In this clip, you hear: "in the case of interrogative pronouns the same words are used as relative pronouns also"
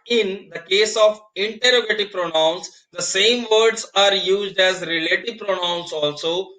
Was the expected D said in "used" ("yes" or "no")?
yes